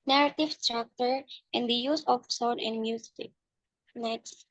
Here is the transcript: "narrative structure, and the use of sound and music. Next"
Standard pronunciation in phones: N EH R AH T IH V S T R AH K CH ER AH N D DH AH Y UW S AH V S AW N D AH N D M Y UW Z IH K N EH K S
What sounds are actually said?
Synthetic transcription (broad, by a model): N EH R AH T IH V S T R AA K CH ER AH N D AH Y UW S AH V S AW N AH N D M Y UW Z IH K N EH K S